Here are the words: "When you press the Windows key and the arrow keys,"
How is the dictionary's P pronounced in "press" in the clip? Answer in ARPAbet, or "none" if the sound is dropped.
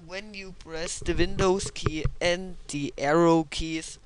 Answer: B